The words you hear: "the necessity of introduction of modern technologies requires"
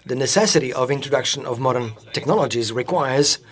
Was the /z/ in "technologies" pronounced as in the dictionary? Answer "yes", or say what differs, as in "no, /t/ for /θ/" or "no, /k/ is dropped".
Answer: yes